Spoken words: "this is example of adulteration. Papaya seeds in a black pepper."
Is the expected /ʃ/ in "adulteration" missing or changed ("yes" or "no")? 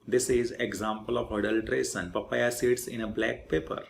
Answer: yes